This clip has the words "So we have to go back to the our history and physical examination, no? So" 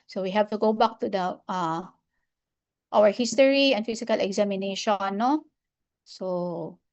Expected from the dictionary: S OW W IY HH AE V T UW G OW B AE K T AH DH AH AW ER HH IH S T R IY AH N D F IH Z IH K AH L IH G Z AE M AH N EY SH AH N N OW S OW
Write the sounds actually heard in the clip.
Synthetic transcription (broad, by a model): S OW W IY HH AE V T UW G OW B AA K T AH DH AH AW ER HH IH S T R IY AH N D F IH S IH K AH L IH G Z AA M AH N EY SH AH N N OW S OW